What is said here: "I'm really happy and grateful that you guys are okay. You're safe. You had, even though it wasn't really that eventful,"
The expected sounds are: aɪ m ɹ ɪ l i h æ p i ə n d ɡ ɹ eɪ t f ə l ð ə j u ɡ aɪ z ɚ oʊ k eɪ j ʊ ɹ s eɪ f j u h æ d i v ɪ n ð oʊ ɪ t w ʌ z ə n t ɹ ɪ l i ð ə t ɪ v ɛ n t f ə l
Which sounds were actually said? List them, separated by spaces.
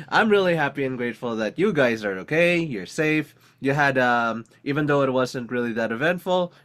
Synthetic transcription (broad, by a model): aɪ m ɹ ɪ l i h æ p i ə n ɡ ɹ eɪ t f l ð ə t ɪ ɡ aɪ z ɚ oʊ k eɪ j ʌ ɹ s eɪ f j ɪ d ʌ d i v ɪ n ð oʊ ɪ t w ʌ z ə n t ɹ ɪ l i ð ə t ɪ v ɛ n t f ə l